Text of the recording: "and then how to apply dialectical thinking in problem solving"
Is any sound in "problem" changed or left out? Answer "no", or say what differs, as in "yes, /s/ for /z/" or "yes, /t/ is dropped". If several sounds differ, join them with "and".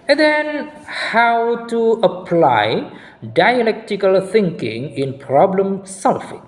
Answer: no